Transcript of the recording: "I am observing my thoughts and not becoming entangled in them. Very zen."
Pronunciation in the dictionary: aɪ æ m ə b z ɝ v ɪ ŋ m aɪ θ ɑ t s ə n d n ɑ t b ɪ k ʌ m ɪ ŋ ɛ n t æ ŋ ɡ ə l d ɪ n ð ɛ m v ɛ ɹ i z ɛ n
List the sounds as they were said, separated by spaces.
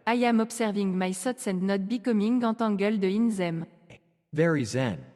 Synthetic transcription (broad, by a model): aɪ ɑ m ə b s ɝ v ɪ ŋ m aɪ s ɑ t s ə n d n ɑ t b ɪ k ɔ m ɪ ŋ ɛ t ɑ ɡ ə l d ɪ n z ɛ m v ɛ ɹ i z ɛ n